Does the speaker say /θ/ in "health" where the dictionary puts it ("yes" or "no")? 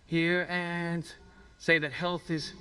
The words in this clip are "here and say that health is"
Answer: yes